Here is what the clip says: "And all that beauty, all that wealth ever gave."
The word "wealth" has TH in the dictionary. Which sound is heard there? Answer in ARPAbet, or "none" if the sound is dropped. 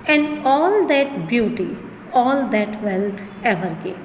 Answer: T